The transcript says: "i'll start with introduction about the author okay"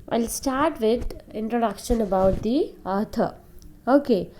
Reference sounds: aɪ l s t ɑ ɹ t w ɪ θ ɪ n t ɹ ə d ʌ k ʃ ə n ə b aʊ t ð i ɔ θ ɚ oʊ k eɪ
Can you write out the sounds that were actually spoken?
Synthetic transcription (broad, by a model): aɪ l s t ɑ ɹ t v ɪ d ɪ n t ɹ ə d ʌ k ʃ ə n ə b aʊ t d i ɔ t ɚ oʊ k eɪ